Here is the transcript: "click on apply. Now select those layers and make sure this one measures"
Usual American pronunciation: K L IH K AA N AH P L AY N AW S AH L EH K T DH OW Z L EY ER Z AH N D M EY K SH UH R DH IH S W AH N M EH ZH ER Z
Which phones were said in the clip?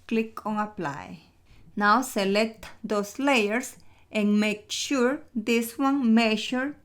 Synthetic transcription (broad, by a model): K L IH K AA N AH P L AY N AW S AH L EH K T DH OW S L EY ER S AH N M EY K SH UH R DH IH S W AH N M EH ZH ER